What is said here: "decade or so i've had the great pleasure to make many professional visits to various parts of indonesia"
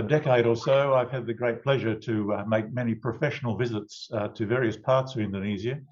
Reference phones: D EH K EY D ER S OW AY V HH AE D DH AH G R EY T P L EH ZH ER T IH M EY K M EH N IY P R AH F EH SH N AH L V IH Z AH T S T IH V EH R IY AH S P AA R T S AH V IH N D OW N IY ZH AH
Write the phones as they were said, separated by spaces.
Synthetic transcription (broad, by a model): D EH K EY D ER S OW AY V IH D DH AH G R EY T P L EH ZH ER T IH M EY K M EH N IY P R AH F EH SH N L V IH Z AH T S T IH V EH R IY AH S P AA R T S AH V IH N D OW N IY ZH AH